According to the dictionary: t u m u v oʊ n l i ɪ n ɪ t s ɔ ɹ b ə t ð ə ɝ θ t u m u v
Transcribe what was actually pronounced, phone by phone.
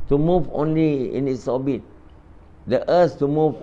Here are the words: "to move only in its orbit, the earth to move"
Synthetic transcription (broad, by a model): t u m u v oʊ n l i ɪ n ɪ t s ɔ b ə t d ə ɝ s t u m u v